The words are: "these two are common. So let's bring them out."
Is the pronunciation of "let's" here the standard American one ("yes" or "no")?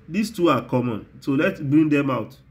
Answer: no